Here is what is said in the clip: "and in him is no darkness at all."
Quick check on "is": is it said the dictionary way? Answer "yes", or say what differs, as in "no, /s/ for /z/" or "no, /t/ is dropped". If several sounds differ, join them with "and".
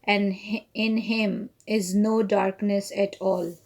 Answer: yes